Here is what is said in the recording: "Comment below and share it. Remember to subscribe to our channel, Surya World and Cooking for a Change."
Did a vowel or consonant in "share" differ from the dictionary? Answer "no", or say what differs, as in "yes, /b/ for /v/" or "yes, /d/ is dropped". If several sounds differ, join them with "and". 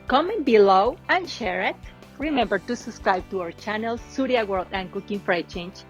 no